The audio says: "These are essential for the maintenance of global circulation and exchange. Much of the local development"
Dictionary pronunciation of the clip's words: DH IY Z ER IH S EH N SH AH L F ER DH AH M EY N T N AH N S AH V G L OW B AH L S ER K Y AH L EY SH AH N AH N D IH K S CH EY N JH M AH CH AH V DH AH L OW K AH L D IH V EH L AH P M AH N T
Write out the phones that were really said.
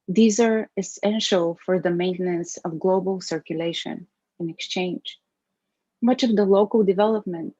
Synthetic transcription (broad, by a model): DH IY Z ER IH S EH N SH AH L F ER DH AH M EY N T N AH N S AH V G L OW B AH L S ER K Y AH L EY SH AH N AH N IH K S CH EY N JH M AH CH AH V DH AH L OW K AH L D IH V EH L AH P M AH N T